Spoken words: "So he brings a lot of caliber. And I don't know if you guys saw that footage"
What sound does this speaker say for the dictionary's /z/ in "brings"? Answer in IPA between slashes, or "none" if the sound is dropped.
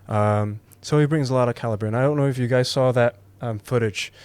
/z/